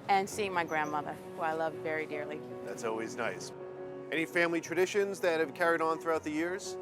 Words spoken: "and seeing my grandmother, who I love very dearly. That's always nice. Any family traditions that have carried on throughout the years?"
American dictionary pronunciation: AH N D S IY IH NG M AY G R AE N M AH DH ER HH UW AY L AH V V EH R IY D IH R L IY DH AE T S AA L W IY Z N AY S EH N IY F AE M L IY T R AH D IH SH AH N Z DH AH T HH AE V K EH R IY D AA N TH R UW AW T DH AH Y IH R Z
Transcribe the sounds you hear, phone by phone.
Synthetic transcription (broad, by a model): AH N S IY IH NG M AY G R AE N M AH DH ER HH UW AY L AH V V EH R IY D IH R L IY DH AE T S AA L W IY Z N AY S EH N IY F AE M L IY T R AH D IH SH AH N Z DH AH T HH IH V K EH R IY D N TH R UW AW T DH AH Y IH R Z